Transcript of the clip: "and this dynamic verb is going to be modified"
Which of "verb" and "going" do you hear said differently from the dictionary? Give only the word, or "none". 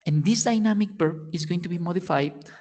verb